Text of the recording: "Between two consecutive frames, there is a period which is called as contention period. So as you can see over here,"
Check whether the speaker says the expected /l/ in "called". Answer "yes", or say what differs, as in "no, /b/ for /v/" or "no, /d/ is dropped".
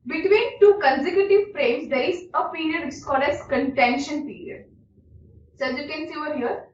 no, /l/ is dropped